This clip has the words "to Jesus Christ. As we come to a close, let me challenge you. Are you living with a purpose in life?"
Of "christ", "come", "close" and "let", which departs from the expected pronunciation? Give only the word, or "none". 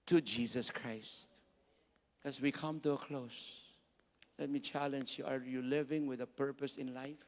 none